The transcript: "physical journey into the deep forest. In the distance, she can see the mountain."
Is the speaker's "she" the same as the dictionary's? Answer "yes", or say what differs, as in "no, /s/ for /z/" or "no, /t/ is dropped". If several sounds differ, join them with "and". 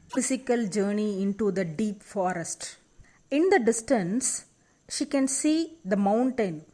yes